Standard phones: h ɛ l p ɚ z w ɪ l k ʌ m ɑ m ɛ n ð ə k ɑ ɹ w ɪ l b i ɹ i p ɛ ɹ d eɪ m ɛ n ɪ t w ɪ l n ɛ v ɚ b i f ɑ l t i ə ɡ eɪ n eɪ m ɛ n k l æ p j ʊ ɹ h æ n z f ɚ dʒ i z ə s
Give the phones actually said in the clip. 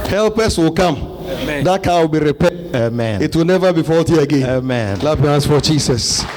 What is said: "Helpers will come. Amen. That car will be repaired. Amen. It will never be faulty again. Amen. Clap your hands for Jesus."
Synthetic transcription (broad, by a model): h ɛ l p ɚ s w ɪ l k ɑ m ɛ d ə k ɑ w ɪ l b i ɹ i p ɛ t eɪ m ɛ n ɪ t w ɪ l n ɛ v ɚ b i f ɑ l t i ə ɡ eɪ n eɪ m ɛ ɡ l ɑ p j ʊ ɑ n s f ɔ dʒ i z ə s